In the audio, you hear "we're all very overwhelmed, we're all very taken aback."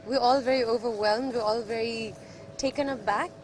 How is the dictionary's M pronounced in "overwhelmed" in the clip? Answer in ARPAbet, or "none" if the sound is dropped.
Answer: M